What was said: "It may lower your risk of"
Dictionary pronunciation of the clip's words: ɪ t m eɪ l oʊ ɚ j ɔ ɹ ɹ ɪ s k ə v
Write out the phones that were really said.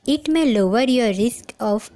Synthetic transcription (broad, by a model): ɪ t m eɪ l oʊ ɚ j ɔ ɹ ɹ ɪ s k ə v